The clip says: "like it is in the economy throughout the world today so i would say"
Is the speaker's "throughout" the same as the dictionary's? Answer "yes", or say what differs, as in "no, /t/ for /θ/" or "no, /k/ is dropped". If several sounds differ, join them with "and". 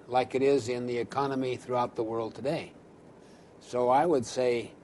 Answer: yes